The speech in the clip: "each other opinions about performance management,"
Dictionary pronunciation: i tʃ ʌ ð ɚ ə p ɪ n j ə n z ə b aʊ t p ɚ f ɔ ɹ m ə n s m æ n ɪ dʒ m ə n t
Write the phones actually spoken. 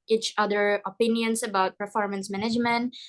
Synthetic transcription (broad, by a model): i tʃ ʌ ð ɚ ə p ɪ n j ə n s ə b aʊ t p ɚ f ɔ ɹ m ə n s m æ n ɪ dʒ m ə n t